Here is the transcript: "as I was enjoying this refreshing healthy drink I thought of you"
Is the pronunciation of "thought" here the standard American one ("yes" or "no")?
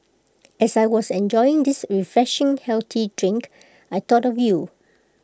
no